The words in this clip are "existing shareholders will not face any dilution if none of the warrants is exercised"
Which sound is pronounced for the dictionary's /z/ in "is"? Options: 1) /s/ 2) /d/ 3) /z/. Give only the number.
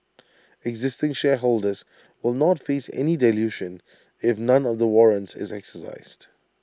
3